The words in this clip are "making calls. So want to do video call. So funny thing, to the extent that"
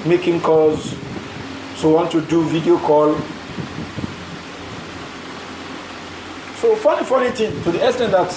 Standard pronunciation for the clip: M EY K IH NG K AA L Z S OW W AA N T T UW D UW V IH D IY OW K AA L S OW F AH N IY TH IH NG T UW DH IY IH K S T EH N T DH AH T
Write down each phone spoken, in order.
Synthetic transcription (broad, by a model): M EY K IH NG K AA Z S OW W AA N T T UW D UW V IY D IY OW K AA L S OW F AH N IY F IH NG T UW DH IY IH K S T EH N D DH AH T